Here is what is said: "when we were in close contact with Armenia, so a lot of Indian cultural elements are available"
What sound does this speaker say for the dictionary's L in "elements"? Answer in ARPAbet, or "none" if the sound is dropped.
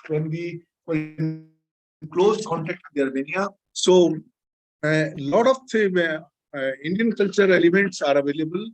none